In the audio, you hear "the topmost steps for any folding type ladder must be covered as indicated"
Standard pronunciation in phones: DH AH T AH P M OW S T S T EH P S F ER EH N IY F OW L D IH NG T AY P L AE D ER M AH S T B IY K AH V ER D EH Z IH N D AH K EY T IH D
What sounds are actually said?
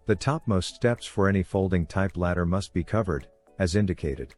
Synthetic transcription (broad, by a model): DH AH T AH P M OW S T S T EH P S F ER EH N IY F OW L D IH NG T AY P L AE D ER M AH S T B IY K AH V ER D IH Z IH N D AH K EY T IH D